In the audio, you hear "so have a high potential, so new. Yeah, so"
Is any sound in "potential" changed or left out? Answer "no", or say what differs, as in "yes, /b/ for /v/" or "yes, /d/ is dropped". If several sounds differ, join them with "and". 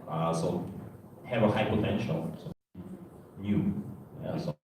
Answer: yes, /n/ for /l/